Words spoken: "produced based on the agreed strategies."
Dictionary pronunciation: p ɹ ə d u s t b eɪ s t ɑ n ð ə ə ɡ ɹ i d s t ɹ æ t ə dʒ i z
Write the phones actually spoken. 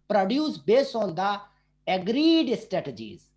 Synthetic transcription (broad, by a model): p ɹ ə d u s b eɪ s ɑ n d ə ə ɡ ɹ i d s t ɹ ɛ t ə dʒ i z